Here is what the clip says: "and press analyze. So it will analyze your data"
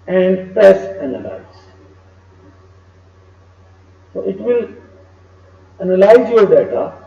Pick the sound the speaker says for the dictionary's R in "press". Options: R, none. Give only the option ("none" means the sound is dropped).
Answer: none